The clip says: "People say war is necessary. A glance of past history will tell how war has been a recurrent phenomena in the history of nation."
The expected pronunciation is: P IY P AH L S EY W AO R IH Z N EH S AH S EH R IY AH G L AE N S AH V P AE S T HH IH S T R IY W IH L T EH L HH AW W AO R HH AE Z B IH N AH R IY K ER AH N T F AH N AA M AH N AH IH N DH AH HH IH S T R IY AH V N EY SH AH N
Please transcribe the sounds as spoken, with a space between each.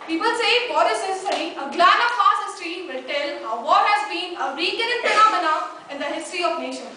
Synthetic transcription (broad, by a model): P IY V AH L S EY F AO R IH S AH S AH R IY AH G L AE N AH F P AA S HH IH S T R IY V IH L T EH L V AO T HH AE Z B IH N AH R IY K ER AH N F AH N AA M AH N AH IH N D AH HH IH S T R IY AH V N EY SH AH N